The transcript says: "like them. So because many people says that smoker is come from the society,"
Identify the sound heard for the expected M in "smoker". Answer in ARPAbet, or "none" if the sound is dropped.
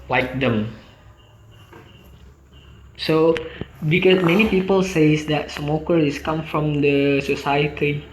M